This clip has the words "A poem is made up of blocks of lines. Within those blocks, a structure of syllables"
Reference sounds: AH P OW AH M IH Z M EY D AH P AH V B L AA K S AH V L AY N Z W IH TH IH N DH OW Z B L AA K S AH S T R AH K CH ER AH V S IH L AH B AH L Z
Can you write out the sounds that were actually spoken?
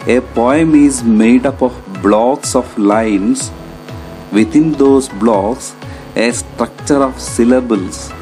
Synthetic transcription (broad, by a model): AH P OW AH M IH Z M EY D AH P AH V B L AA K S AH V L AY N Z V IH T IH N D OW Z B L AA K S AH S T R AH K CH ER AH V S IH L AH B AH L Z